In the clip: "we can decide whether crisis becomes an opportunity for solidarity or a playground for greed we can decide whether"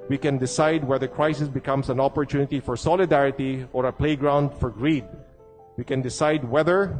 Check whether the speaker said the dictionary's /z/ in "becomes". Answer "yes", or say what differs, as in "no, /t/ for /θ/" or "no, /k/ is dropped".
no, /s/ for /z/